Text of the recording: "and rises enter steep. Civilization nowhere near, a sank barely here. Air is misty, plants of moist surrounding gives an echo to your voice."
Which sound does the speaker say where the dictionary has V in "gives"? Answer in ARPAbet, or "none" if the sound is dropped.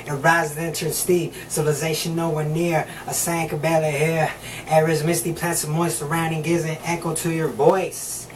none